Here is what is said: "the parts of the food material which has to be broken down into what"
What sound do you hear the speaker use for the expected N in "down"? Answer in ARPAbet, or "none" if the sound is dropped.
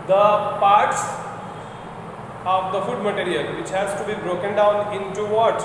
N